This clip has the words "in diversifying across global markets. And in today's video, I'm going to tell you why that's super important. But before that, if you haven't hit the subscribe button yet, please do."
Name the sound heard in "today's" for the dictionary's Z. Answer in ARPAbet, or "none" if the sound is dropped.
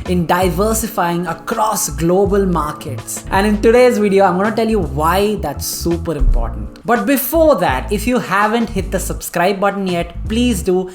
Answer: Z